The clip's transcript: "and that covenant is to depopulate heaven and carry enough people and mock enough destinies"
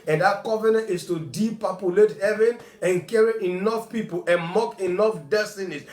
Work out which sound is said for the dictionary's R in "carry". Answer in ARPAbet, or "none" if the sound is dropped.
R